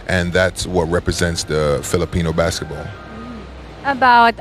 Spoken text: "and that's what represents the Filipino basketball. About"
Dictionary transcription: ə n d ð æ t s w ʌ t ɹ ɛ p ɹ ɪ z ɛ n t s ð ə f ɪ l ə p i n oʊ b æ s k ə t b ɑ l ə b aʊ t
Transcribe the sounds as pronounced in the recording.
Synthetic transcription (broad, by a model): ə n ð æ t s w ʌ t ɹ ɛ p ɹ ɪ z ɛ n t s ð ə f ɪ l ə p i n oʊ b æ s k ə t b ɑ l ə b aʊ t